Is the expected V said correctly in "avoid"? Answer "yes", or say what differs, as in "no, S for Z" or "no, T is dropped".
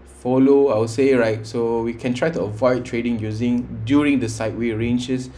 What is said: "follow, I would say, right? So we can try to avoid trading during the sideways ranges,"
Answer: yes